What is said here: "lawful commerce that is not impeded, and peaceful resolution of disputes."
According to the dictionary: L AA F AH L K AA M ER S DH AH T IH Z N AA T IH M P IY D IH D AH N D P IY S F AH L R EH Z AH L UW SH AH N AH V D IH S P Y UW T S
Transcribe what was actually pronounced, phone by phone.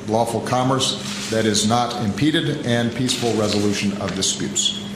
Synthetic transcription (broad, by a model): L AA F L K AA M ER S DH AH T IH Z N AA T IH M P IY D IH D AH N P IY S F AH L R EH Z AH L UW SH AH N AH V D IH S P Y UW T S